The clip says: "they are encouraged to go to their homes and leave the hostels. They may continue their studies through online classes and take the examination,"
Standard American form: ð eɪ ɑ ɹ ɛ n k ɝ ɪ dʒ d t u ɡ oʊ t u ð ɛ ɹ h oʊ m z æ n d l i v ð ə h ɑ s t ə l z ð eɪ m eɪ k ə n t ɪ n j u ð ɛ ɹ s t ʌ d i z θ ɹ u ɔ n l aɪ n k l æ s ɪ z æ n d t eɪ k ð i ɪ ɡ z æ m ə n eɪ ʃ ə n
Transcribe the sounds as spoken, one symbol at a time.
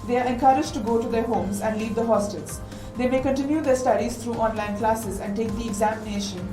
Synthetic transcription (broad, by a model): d eɪ ɑ ɹ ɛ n k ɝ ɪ dʒ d t u ɡ oʊ t u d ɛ ɹ h oʊ m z æ n d l i v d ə h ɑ s t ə l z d eɪ m eɪ k ə n t ɪ n j u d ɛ ɹ s t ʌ d i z t ɹ u ɔ n l aɪ n k l æ s ɪ z æ n d t eɪ k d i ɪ ɡ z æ m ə n eɪ ʃ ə n